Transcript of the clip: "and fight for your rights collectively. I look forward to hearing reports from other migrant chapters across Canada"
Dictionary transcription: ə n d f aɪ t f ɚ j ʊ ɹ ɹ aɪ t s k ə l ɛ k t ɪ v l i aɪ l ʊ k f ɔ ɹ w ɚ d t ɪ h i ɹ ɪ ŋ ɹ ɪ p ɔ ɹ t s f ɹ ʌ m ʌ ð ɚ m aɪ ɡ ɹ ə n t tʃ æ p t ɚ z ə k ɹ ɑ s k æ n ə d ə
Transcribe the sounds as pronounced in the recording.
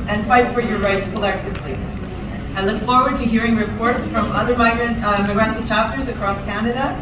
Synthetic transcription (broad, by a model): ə n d f aɪ t f ɚ j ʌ ɹ ɹ aɪ t s k ə l ɛ k t ɪ v l i aɪ l ʊ k f ɔ ɹ w ɚ d t ɪ h i ɹ ɪ ŋ ɹ ɪ p ɔ ɹ t s f ɹ ʌ m ʌ ð ɚ m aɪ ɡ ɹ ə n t tʃ æ p t ɚ z ə k ɹ ɑ s k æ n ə d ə